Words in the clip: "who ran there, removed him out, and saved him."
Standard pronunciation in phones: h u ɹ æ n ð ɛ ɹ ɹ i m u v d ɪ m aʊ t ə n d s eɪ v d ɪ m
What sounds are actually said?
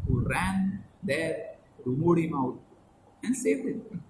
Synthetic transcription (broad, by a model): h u ɹ æ n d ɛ ɹ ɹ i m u d ɪ m aʊ t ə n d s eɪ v ɪ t